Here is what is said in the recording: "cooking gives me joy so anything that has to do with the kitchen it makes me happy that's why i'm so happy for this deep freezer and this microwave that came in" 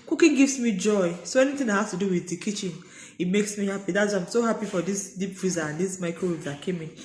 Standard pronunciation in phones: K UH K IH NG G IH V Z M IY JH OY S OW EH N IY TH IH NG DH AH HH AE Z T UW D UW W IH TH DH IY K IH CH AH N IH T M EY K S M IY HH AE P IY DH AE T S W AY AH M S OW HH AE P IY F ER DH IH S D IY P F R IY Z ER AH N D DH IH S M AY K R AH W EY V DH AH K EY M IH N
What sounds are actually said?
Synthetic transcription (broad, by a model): K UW K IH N G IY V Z M IY JH OY S OW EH N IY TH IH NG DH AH HH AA S T UW D UW W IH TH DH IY K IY CH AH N IH T M EY K S M IY HH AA P IY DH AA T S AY AH M S OW HH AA P IY F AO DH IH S D IY P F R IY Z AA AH N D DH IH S M AY K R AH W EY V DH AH K EY M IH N